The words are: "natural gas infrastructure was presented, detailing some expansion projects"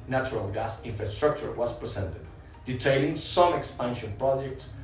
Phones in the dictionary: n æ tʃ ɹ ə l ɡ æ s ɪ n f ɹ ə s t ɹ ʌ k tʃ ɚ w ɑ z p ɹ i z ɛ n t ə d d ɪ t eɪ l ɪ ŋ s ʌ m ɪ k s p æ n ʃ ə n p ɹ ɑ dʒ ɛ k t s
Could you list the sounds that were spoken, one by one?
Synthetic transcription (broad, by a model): n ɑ tʃ ɹ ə l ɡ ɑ s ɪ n f ɹ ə s t ɹ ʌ k tʃ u w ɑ s p ɹ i s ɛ n t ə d d ɪ t eɪ l ɪ ŋ s ʌ m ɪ k s p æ n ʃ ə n p ɹ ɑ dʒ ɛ k t s